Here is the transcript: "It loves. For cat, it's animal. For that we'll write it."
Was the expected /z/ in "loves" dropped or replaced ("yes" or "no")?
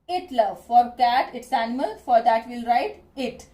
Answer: yes